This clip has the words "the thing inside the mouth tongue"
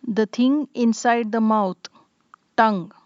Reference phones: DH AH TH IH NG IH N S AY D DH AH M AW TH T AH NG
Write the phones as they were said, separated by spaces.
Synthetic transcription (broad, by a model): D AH T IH NG IH N S AY D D AH M AW T T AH NG